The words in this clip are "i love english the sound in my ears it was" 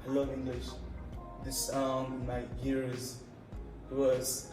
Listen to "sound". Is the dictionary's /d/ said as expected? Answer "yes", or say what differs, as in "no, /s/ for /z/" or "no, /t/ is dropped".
no, /d/ is dropped